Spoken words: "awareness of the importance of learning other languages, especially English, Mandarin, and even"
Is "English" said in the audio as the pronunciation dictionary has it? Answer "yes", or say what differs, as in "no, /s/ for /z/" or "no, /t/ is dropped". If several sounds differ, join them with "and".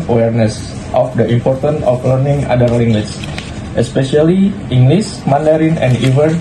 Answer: no, /s/ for /ʃ/